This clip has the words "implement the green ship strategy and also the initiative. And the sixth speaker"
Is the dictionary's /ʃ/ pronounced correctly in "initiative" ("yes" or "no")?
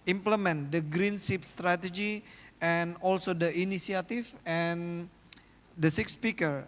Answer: no